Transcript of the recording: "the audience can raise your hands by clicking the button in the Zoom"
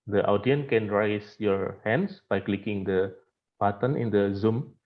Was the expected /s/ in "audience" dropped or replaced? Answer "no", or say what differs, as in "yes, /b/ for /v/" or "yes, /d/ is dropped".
yes, /s/ is dropped